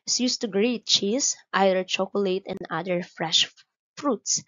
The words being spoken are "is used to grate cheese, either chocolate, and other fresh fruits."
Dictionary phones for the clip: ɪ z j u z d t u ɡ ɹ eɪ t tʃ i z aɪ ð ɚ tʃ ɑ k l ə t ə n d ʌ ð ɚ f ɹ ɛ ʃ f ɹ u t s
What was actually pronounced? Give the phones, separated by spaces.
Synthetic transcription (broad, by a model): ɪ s j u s t u ɡ ɹ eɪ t tʃ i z aɪ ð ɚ tʃ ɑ k l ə t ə n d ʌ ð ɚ f ɹ ɛ ʃ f ɹ u t s